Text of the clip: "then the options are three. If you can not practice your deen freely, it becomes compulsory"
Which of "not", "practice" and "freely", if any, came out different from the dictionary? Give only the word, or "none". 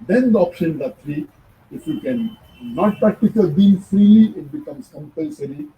practice